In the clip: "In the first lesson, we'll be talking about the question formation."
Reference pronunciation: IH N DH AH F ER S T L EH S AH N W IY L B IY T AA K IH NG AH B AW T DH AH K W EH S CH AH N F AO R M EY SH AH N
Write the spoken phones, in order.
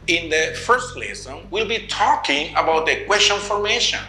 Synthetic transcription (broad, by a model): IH N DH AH F ER S T L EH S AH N W IY L B IY T AA K IH NG AH B AW T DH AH K W EH S CH AH N F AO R M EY SH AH N